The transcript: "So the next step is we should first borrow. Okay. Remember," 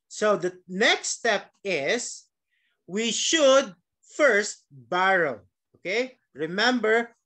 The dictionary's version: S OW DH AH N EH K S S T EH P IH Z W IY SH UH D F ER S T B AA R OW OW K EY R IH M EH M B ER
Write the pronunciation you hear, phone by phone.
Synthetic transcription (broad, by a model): S OW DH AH N EH K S S T EH P IH S W IY SH UH D F ER S T B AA R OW OW K EY R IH M EH M B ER